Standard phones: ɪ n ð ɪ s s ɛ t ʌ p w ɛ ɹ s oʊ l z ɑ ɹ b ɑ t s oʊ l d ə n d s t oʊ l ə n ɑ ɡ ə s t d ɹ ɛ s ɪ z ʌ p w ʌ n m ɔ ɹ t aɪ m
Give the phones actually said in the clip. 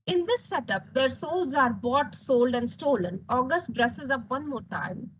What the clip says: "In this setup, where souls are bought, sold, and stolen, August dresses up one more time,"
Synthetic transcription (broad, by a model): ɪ n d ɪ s s ɛ t ʌ p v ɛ ɹ s oʊ l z ɑ ɹ b ɑ t s oʊ l d ə n d s t oʊ l ə n ɑ ɡ ə s t d ɹ ɛ s ɪ z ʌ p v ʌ n m ɔ ɹ t aɪ m